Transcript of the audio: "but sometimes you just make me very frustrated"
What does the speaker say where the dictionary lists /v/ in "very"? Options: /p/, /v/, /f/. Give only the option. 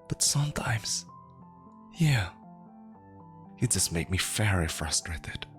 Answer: /f/